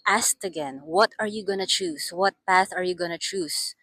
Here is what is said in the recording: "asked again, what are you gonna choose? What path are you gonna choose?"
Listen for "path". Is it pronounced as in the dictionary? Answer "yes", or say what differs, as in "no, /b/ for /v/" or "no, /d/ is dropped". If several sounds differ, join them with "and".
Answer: yes